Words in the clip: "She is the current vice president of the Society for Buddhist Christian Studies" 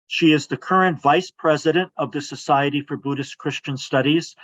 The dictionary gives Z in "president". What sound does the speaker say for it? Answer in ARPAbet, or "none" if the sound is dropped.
Z